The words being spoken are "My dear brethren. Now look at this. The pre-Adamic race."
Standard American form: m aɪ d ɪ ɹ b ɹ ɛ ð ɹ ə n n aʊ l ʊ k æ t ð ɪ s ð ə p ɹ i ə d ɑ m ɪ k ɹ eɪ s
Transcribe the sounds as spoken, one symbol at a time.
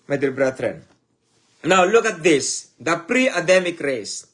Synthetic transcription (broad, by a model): m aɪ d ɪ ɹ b ɹ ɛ ɹ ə n n aʊ l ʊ k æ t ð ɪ s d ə p ɹ i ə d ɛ m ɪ k ɹ eɪ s